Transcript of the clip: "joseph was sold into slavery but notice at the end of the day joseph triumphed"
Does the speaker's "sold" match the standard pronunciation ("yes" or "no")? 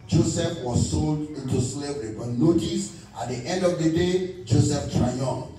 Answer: yes